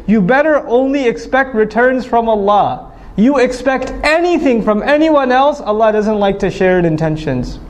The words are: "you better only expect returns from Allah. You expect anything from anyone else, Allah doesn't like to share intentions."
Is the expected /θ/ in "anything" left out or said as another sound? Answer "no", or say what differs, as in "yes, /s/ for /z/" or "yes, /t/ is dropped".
no